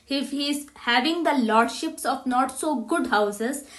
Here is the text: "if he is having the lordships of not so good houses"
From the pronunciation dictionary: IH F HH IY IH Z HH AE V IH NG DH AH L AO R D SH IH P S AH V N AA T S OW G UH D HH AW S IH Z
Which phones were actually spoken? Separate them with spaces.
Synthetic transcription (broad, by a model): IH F HH IY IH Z HH AE V IH NG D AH L AO R D SH IH P S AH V N AA T S OW G UH D HH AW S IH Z